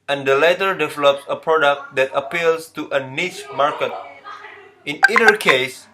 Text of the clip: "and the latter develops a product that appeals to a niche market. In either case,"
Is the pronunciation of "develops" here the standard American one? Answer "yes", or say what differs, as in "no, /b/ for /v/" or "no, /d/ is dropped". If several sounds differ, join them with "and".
yes